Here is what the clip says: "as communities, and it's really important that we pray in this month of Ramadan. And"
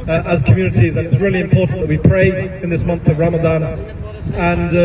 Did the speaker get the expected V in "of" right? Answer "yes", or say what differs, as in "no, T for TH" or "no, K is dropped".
yes